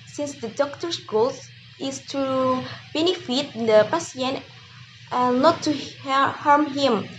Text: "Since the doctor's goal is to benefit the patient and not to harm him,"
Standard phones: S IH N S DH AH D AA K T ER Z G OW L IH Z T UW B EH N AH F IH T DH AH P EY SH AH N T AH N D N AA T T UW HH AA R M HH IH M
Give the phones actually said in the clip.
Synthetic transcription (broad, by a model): S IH N S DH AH D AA K T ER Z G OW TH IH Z T UW B EH N AH F IH T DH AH P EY S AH N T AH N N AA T T UW HH AA R M HH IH M